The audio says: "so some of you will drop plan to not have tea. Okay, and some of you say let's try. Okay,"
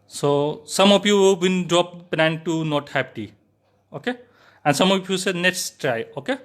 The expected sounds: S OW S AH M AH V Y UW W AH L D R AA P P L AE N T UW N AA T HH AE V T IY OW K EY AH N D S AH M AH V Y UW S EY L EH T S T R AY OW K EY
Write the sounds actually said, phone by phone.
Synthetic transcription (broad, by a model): S OW S AH M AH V Y UW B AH N D R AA P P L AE N T UW N AA T HH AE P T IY OW K EY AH N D S AH M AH F Y UW S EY N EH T S T R AY OW K EY